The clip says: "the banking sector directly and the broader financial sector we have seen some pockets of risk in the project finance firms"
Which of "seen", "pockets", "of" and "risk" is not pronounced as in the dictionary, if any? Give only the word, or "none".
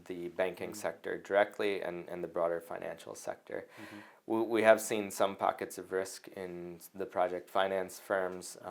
none